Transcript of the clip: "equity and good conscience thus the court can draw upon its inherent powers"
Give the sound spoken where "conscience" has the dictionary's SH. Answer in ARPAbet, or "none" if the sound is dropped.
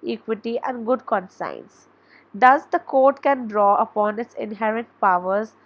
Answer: S